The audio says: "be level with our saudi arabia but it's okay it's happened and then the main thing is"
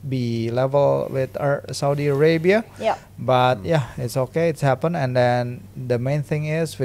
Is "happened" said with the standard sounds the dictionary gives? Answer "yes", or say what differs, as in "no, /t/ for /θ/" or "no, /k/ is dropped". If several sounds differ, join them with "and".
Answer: no, /d/ is dropped